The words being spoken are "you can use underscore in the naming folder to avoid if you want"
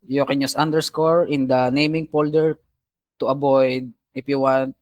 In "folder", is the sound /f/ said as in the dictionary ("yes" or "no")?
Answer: no